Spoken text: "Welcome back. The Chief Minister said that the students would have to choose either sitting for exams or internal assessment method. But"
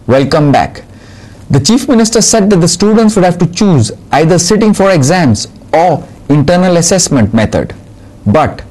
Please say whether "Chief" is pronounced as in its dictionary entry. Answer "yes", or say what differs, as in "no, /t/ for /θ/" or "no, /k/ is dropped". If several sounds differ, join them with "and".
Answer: yes